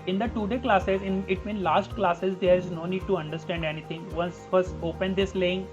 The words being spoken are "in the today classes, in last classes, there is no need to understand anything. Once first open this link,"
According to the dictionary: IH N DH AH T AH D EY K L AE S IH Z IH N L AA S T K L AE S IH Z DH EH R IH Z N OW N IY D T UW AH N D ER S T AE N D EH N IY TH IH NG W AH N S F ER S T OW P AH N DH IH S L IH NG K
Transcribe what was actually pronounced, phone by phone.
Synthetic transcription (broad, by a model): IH N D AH T AH D EY K L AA S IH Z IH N L AA S T K L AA S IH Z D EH R IH Z N OW N IY D T UW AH N D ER S T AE N D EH N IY T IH NG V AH N S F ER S OW P AH N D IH S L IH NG